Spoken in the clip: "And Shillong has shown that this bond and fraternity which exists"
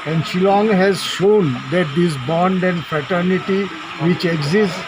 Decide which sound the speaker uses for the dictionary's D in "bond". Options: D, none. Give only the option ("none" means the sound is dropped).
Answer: D